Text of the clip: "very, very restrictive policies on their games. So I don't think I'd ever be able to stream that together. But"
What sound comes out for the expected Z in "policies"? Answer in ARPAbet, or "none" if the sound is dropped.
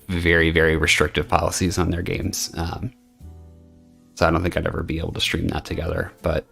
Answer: Z